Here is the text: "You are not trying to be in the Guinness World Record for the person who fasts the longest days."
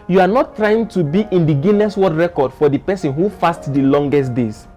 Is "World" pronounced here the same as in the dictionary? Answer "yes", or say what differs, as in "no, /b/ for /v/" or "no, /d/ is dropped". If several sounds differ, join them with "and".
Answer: no, /l/ is dropped